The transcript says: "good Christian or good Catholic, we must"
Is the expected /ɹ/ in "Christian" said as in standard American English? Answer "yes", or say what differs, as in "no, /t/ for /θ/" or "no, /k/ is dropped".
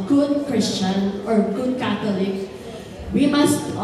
yes